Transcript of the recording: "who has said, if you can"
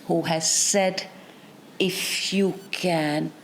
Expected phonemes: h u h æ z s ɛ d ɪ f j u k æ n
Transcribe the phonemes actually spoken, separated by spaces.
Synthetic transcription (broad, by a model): h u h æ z s ɛ d ɪ f j u k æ n